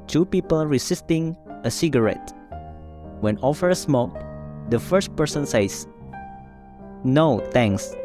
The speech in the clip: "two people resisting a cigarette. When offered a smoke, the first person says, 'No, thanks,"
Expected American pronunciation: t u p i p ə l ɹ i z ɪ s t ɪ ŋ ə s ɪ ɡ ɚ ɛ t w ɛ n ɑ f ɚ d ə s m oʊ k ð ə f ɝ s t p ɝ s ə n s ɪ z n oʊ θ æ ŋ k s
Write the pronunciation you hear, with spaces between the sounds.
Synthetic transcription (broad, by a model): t u p i p ə l ɹ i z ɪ s t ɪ ŋ ə s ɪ ɡ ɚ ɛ t w ɛ n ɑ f ɚ ə s m oʊ k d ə f ɝ s t p ɝ s ə n s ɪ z n oʊ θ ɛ ŋ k s